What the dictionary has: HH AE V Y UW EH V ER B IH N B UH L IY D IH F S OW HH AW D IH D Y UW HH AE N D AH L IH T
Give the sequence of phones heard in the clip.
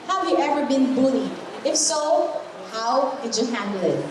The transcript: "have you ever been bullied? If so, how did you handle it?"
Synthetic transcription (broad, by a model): HH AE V Y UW EH V ER B IH N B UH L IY IH F S OW HH AW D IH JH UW HH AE N D L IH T